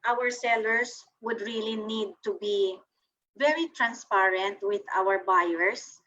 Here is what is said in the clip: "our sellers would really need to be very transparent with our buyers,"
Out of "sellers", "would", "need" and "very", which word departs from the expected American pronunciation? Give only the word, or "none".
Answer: sellers